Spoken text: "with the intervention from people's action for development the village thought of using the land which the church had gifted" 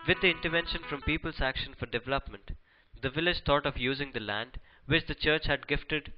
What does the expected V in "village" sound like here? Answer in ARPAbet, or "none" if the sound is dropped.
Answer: V